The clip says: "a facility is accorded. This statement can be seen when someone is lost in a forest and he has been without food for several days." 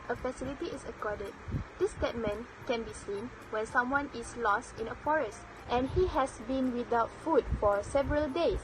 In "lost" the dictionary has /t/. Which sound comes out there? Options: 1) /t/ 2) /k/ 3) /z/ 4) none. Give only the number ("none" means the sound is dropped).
1